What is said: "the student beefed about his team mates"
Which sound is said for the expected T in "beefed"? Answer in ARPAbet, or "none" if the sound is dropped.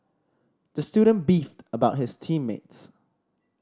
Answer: T